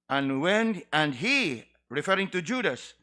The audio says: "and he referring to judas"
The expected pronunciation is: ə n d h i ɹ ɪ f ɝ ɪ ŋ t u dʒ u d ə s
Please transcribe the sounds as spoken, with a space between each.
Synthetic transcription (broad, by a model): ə n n h i ɹ ɪ f ɝ ɪ ŋ t u dʒ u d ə s